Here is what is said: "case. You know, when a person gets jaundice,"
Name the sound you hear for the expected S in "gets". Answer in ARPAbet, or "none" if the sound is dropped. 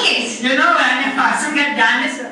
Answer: none